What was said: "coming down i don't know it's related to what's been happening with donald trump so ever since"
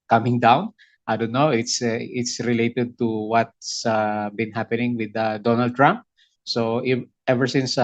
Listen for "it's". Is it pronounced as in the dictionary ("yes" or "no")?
yes